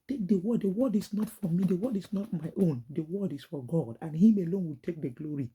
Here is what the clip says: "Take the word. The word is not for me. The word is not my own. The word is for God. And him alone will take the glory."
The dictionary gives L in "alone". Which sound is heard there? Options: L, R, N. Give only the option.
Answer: L